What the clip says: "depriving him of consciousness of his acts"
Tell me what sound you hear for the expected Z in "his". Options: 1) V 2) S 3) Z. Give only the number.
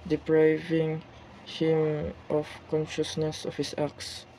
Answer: 2